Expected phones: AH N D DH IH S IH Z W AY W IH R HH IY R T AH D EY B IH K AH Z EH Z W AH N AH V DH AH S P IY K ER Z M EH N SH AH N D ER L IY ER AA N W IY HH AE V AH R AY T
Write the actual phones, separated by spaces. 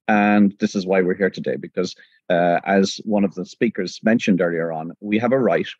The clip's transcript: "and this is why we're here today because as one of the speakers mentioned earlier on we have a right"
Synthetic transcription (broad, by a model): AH N DH IH S IH Z W AY W IH R HH IY R T AH D EY B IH K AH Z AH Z W AH N AH V DH AH S P IY K ER Z M EH N SH AH N D ER L IY ER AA N W IY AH V AH R AY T